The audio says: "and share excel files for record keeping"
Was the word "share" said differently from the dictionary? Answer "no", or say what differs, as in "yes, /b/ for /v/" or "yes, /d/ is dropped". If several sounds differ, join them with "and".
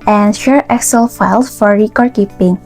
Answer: no